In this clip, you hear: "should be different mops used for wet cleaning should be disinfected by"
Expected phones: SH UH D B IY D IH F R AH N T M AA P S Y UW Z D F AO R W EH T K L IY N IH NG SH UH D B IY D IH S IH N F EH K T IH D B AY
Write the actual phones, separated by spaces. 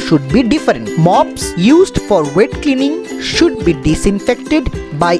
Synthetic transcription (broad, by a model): SH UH D B IY D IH F R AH N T M AA P S Y UW Z D F AO R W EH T K L IY N IH NG SH UH D B IY D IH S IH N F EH K T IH D B AY